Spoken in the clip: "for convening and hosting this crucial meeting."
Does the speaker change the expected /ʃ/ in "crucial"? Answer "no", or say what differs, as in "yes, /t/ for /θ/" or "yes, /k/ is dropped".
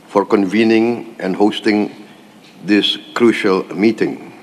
no